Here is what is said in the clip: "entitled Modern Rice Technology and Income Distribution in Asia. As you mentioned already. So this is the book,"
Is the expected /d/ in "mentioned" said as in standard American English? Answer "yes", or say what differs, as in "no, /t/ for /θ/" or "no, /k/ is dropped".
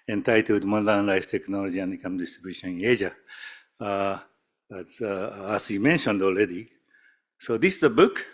yes